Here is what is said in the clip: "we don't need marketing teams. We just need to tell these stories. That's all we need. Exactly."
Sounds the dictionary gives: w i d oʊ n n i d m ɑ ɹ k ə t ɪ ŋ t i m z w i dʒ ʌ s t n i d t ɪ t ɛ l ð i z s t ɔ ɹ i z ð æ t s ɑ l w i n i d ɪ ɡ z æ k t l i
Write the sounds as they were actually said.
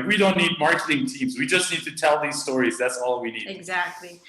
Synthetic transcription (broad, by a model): w i d oʊ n n i d m ɑ ɹ k ə t ɪ ŋ t i m z w i dʒ ʌ s t n i d t ɪ t ɛ l ð i z s t ɔ ɹ i z ð æ t s ɑ l w i n i d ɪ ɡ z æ k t l i